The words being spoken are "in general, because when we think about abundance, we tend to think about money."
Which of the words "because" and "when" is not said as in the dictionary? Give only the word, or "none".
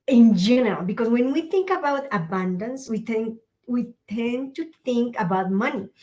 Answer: because